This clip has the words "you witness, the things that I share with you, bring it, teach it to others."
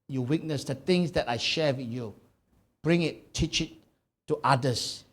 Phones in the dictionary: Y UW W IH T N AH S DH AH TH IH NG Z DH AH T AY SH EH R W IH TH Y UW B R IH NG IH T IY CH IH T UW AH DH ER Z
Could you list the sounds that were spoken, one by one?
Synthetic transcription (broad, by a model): Y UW W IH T N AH S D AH T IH NG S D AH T AY SH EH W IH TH Y UW B R IH NG IH T IY CH IH T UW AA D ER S